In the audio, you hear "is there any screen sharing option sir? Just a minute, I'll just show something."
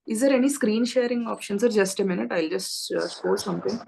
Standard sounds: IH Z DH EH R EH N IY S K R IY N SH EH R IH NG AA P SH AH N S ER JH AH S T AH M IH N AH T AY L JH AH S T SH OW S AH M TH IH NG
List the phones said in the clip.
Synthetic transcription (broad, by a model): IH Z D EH R EH N IY S K R IY N SH EH R IH NG AA P SH AH N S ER JH AH S T AH M IH N AH T AY L JH AH S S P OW S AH M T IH NG